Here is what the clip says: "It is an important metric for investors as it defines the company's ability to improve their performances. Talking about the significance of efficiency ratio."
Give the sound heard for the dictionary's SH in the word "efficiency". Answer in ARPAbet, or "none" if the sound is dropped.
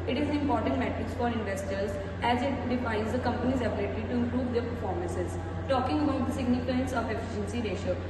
SH